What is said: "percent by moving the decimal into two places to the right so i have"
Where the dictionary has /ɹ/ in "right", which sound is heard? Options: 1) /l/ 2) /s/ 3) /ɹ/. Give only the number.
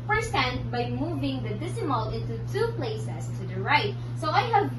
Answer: 3